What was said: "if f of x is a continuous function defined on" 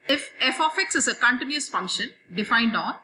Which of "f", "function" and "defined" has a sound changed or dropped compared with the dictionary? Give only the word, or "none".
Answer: none